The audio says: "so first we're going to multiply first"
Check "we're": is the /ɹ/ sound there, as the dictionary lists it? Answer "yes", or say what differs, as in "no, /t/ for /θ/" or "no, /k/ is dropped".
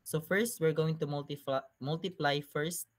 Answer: yes